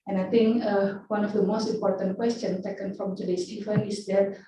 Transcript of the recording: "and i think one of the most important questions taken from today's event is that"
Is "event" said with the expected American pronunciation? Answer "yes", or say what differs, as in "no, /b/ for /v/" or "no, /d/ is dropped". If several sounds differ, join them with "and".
no, /t/ is dropped